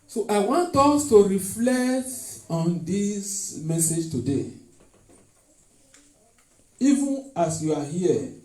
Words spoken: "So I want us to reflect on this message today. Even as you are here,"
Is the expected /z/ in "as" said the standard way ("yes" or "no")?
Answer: no